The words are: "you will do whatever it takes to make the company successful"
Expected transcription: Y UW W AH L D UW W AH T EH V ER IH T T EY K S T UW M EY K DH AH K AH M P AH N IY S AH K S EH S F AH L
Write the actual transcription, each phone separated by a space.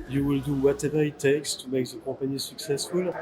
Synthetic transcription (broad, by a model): Y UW W AH L D UW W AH T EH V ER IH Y T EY K S T UW M EY K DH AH K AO P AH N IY S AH K S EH S F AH L